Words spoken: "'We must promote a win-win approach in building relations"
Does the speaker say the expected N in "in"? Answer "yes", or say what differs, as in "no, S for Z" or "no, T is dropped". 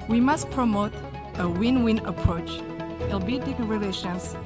no, L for N